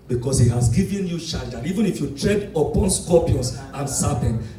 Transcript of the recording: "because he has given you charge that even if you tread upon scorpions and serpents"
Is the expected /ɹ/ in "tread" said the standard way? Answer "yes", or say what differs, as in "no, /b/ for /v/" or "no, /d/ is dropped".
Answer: yes